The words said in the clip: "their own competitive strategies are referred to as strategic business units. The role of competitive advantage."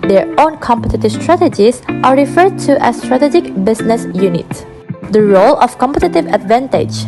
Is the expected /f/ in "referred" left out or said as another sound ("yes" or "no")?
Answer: no